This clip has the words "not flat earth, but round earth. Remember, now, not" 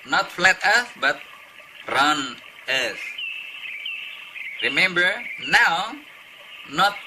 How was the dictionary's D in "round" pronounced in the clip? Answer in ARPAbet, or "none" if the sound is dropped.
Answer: none